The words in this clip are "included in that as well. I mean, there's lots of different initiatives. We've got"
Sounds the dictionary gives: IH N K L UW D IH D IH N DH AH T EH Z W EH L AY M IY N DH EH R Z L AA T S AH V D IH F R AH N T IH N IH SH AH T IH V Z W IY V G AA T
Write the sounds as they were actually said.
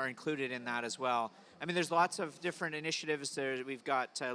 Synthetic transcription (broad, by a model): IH N K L UW D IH D IH N DH AH T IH Z W EH L AY M IY N DH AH R Z L AA T S AH V D IH F R AH N T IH N IH SH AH T IH V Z W IY V G AA T